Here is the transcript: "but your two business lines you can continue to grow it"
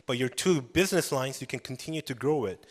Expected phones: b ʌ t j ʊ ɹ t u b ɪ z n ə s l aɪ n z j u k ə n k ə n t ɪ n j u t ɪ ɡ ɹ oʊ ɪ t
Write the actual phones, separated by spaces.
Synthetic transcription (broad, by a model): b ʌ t j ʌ ɹ t u b ɪ z n ə s l aɪ n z j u k ə n k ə n t ɪ n j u t ɪ ɡ ɹ oʊ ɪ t